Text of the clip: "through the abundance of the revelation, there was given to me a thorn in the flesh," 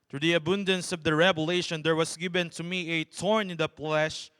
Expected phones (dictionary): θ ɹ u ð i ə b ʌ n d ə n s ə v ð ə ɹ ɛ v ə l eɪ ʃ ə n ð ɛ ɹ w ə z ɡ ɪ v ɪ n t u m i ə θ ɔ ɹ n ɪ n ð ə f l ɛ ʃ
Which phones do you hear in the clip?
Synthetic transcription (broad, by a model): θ ɹ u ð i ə b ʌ n d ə n s ə v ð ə ɹ ɛ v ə l eɪ ʃ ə n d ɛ ɹ w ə s ɡ ɪ v ɪ n t u m i ə t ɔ ɹ n ɪ n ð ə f l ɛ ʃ